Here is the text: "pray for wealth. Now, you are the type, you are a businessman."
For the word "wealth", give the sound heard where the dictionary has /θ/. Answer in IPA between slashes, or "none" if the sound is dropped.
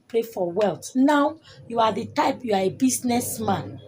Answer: /t/